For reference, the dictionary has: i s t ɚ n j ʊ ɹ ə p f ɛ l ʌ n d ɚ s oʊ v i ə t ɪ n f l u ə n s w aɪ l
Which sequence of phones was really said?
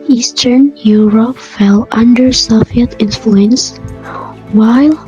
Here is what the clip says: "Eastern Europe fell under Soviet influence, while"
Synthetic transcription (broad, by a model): i s t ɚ n j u ɹ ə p f ɛ l ʌ n d ɚ s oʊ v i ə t ɪ n f l u ə n s w aɪ l